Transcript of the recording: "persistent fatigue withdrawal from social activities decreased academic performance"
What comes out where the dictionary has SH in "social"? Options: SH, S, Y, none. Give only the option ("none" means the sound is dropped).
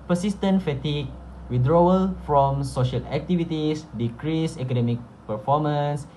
SH